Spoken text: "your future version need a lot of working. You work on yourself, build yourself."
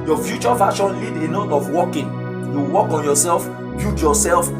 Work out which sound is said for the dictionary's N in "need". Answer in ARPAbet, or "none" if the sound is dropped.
L